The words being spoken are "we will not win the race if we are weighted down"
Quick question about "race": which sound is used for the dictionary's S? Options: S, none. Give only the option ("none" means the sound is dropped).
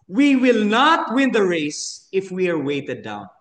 S